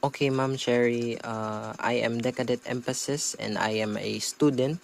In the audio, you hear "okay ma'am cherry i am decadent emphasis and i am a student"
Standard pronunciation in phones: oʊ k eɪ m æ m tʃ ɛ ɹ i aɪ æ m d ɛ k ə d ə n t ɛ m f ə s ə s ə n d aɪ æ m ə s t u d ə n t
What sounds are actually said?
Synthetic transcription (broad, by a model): oʊ k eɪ m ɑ m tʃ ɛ ɹ i aɪ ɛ m d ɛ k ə d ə t ɛ m f ə s ə s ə n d aɪ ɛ m ə s t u d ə n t